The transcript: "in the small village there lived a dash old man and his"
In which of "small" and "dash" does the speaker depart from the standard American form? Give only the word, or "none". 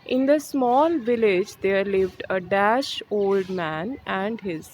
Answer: none